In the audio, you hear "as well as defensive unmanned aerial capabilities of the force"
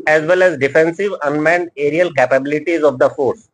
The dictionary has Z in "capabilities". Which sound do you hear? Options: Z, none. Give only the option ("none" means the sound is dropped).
Z